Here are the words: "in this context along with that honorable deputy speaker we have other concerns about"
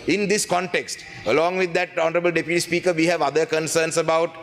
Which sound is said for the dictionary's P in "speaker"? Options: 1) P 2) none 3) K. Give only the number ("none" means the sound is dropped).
1